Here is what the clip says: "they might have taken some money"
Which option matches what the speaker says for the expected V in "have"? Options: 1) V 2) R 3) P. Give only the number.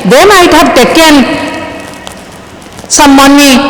3